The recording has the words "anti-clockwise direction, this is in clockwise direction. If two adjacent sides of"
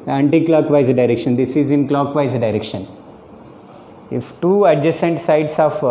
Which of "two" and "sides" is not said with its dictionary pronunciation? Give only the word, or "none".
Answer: sides